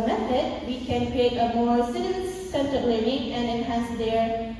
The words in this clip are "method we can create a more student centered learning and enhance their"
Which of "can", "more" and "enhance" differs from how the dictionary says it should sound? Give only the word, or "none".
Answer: none